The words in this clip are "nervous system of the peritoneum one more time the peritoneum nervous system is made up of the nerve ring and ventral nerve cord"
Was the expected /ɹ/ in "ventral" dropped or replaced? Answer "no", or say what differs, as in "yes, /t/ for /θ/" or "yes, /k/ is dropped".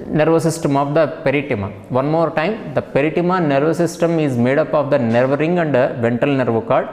yes, /ɹ/ is dropped